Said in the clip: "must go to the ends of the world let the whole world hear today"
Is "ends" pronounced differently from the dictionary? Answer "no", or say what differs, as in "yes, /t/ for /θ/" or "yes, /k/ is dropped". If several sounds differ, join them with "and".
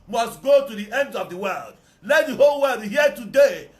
yes, /z/ is dropped